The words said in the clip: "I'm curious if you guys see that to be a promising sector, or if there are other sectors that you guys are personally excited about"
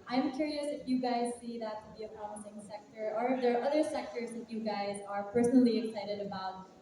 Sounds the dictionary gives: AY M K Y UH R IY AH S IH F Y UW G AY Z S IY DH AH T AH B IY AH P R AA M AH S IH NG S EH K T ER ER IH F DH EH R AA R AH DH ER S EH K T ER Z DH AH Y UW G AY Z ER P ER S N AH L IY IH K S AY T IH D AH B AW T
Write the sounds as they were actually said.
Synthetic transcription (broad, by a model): AY M K Y UH R IY AH S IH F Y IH G AY Z S IY DH AH T AH B IY AH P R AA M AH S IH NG S EH K T ER ER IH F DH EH R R AH DH ER S EH K T ER Z DH AH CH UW G AY Z ER P ER S N L IY IH K S AY T IH D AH B AW T